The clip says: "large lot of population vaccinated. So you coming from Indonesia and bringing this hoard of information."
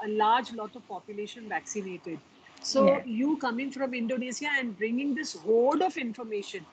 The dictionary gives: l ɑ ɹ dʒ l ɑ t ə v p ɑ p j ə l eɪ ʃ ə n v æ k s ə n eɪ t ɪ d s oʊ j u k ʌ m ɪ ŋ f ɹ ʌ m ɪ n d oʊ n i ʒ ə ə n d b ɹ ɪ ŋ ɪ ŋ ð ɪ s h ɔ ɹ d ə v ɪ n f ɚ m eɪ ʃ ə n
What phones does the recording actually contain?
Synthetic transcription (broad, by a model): l ɑ ɹ dʒ l ɑ t ə v p ɑ p j ə l eɪ ʃ ə n v æ k s ə n eɪ t ɪ d s oʊ j u k ʌ m ɪ ŋ f ɹ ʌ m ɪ n d oʊ n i s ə ə n d b ɹ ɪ ŋ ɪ ŋ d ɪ s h ɔ l d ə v ɪ n f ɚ m eɪ ʃ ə n